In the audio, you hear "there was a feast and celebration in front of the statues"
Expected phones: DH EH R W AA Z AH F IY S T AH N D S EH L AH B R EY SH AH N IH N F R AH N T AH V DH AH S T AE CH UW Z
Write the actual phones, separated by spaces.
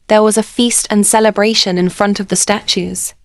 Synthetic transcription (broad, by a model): DH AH W AA Z AH F IY S T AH N S EH L AH B R EY SH AH N IH N F R AH N T AH V DH AH S T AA CH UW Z